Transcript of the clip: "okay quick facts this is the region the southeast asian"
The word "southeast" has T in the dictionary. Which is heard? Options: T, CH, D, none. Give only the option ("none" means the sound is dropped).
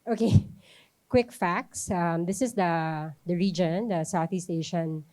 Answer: T